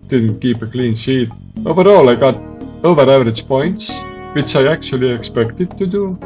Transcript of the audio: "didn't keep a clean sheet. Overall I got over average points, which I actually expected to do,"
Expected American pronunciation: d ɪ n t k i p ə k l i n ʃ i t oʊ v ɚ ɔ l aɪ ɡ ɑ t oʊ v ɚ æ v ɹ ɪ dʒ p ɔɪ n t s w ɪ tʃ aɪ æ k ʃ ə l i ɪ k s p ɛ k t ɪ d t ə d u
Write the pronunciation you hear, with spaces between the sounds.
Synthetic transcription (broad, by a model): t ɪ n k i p ə k l i n s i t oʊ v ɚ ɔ l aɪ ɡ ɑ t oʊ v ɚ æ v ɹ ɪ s p ɔɪ n t s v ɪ s aɪ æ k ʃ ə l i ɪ k s p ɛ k t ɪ t ə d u